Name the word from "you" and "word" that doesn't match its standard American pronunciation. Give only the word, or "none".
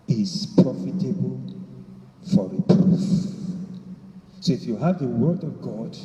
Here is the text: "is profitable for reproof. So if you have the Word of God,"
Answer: none